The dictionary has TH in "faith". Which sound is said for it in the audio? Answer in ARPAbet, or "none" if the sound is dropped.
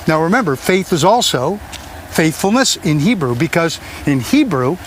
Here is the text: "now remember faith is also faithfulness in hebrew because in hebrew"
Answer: TH